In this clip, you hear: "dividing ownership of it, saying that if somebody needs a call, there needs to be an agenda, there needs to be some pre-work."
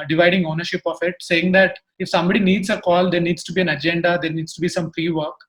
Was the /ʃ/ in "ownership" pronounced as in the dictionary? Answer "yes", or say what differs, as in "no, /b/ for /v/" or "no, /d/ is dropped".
yes